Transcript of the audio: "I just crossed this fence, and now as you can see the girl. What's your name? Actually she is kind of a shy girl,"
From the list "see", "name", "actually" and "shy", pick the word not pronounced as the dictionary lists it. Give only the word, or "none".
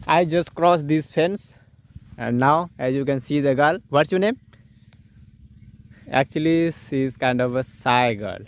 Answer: shy